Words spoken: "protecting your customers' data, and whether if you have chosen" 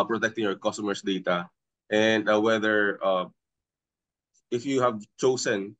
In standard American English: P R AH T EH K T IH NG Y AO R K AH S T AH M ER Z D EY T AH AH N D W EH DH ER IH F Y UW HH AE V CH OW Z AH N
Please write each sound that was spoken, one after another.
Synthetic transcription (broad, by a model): P R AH T EH K T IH NG Y AO R K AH S T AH M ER S D EY T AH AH N D W EH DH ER IH F Y UW HH AE V CH OW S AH N